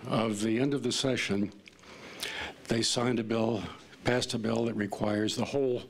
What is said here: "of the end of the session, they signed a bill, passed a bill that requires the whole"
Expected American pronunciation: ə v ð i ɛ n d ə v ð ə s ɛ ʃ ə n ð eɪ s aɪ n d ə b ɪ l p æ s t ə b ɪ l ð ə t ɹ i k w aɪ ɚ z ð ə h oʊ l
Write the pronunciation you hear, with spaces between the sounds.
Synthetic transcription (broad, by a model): ə v ð i ɛ n d ə v ð ə s ɛ ʃ ə n ð eɪ s aɪ n d ə b ɪ l p æ s t ə b ɪ l ð ə t ɹ i k w aɪ ɚ z ð ə h oʊ l